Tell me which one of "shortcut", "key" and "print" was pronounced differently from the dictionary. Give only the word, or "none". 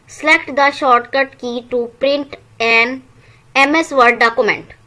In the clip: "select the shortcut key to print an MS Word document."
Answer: none